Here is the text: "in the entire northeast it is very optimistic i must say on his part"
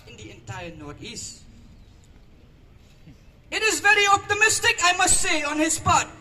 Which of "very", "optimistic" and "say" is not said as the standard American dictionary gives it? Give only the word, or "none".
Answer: none